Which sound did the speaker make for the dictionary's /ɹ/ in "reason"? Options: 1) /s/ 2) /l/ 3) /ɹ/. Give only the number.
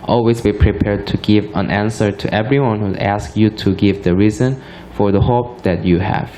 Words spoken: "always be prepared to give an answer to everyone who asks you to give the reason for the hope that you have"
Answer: 3